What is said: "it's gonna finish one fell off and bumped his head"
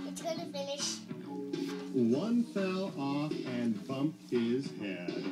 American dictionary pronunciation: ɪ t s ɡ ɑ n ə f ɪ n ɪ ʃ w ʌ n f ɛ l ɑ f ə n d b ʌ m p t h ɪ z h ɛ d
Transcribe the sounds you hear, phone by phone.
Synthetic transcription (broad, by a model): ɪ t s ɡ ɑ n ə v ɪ l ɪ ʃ w ʌ n f ɛ l ɑ f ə n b ʌ m p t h ɪ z h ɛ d